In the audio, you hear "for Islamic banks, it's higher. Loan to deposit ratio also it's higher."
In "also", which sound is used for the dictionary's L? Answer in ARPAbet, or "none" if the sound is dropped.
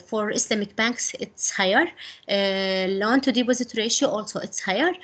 L